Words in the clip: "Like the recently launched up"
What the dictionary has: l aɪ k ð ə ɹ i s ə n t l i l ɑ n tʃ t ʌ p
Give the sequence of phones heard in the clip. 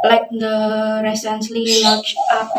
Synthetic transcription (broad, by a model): l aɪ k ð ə ɹ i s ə n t l i w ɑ tʃ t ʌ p